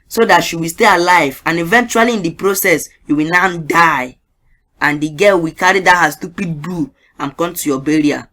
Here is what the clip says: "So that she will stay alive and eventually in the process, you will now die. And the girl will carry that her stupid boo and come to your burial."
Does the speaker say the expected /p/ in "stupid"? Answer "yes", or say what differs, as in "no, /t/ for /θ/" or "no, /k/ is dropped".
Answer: yes